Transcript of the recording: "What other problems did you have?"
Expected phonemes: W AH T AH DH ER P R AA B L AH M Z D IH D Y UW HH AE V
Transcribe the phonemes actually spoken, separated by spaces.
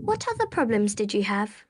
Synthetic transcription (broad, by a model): W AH T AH DH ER P R AA B L AH M Z D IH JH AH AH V